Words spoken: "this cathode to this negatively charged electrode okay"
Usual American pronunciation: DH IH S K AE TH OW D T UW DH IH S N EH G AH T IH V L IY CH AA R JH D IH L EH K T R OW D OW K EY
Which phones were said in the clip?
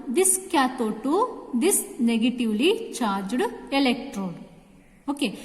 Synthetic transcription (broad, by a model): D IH S K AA T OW T UW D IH S N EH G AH T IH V L IY CH AA R JH D IH L EH K T R OW D OW K EY